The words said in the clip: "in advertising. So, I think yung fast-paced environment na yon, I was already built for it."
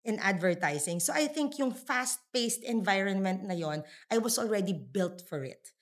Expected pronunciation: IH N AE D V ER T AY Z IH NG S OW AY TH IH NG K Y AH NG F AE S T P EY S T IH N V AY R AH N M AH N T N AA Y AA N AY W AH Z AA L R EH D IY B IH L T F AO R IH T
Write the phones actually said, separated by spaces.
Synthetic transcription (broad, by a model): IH N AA D V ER T AY S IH NG S OW AY TH IH NG K Y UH NG F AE S T P EY S T IH N V AY R AH N M AH N T N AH Y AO N AY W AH S AA L R EH D IY B IH L T F AO R IH T